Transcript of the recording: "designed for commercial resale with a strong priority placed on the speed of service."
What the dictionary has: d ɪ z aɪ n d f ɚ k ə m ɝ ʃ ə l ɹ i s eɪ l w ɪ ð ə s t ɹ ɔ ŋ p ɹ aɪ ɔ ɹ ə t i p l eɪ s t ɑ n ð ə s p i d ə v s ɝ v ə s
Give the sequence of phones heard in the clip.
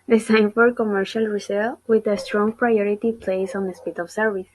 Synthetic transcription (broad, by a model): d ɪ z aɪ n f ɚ k ə m ɝ ʃ ə l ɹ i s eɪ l w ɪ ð ə s t ɹ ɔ ŋ p ɹ aɪ ɔ ɹ ə t i p l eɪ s ɑ n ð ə s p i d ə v s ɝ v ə s